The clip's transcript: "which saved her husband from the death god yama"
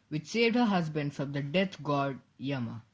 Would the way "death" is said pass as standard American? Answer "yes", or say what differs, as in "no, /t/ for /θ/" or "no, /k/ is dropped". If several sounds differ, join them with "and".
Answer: no, /t/ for /θ/